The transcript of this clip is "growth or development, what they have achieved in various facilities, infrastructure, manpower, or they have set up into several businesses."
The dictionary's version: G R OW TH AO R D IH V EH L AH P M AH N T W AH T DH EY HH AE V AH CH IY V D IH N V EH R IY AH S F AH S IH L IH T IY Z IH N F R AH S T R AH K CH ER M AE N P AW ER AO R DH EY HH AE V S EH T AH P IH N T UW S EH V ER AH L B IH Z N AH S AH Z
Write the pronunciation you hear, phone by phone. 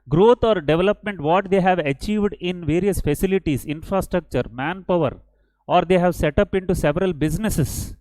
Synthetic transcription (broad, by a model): G R OW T AO R D IH V EH L AH P M AH N T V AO T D EY HH AE V AH CH IY V D IH N V EH R IY AH S F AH S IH L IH T IY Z IH N F R AH S T R AH K CH ER M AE N P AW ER AO R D EY HH AE V S EH T AH P IH N T UW S EH V ER AH L B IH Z N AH S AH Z